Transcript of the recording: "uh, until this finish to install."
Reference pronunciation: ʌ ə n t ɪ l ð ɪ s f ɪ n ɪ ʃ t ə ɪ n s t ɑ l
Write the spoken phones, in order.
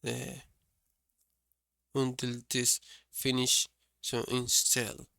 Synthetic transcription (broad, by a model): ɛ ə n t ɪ l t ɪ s f ɪ n ɪ ʃ s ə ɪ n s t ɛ l